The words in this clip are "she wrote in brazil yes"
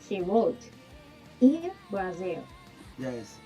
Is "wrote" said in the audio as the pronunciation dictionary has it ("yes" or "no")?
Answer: no